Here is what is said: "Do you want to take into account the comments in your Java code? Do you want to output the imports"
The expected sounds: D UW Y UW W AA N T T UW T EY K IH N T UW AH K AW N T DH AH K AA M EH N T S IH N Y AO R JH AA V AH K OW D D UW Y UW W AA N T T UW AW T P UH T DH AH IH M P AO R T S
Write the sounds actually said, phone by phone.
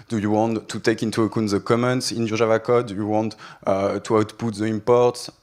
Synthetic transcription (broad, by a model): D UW Y UW W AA N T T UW T EY K IH N T UW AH K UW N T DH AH K AA M EH N T S IH N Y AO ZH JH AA V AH K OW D D UW Y UW W AA N T T UW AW T P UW T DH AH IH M P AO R T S